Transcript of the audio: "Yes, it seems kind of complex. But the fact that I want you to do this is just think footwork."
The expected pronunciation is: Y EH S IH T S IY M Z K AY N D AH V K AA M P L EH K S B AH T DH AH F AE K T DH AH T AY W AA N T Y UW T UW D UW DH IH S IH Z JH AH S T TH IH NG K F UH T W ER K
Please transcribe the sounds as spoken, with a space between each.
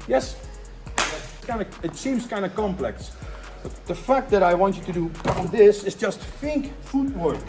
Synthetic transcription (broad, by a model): Y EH S IH T S IY M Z K AY N D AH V K AA M P L EH K S B AH T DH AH F AE K T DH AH T AY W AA N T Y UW T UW D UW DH IH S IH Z JH AH S T F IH NG K F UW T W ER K